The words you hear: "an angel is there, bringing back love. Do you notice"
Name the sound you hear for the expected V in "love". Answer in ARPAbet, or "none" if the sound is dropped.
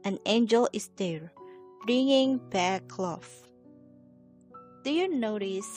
F